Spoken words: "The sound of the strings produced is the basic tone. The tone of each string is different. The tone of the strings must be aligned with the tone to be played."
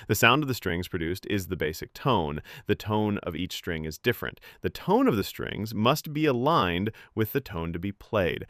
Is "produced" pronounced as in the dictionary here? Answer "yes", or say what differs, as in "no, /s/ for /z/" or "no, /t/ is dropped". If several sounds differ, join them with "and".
yes